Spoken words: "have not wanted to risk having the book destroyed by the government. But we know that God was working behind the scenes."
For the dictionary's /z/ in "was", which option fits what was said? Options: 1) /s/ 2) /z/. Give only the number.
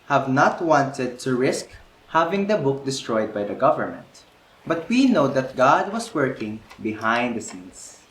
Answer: 1